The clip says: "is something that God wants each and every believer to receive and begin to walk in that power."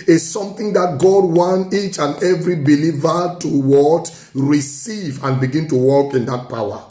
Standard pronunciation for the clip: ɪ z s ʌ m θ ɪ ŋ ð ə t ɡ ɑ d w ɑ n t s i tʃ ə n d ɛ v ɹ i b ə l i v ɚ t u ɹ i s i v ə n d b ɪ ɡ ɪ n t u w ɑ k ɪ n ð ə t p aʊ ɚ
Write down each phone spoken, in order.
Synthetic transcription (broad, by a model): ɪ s s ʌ m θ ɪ ŋ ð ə t ɡ ɑ d w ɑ n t i tʃ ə n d ɛ v ɹ i b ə l i v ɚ t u ɹ i s i v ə n b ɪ ɡ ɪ n t u w ɑ k ɪ n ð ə t p aʊ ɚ